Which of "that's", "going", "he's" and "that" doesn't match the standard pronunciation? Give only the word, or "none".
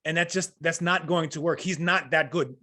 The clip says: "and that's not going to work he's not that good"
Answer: none